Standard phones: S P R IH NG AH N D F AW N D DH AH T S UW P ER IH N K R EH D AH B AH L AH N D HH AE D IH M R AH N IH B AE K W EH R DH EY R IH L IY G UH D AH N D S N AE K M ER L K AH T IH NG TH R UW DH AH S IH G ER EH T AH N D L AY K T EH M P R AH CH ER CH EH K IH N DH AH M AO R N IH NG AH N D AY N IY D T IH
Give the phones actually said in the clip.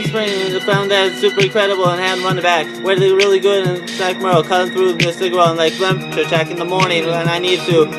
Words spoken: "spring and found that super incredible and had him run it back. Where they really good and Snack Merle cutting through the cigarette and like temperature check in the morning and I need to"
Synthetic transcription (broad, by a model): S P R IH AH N F AW N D DH AH T S UW P ER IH K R EH D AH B L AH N HH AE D R AH N B AE K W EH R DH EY R IH L IY G UH D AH N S AE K M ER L K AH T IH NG TH R UW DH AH S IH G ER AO AH N L AY K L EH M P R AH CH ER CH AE K IH N DH AH M AO R N IH NG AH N AY N IY D T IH